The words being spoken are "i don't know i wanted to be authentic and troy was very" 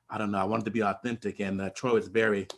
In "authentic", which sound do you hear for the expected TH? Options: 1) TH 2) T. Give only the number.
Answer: 1